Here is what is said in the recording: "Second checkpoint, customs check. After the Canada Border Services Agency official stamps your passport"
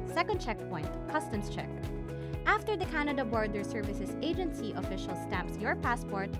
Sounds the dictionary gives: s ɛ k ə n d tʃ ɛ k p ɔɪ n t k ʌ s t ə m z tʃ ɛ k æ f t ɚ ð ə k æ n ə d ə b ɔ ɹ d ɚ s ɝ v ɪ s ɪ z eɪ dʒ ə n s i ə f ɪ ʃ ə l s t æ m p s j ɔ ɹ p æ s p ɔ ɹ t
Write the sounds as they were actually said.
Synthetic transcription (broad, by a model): s ɛ k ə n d tʃ ɛ k p ɔɪ n t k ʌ s t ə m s tʃ ɛ k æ f t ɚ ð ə k æ n ə d ə b ɔ ɹ d ɚ s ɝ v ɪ s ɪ s eɪ dʒ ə n s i ə f ɪ ʃ ə l s t æ m p s j ɔ ɹ p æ s p ɔ ɹ t